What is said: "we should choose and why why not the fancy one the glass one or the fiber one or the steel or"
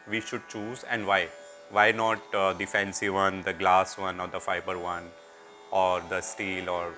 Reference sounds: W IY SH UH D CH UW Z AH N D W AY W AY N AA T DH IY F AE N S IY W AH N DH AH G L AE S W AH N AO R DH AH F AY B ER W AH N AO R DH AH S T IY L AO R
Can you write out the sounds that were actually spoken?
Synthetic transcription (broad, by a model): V IY SH UH D CH UW Z AH N D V AY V AY N AA T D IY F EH N S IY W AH N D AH G L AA S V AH N AO R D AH F AY B ER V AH N AO R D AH S T IY L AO R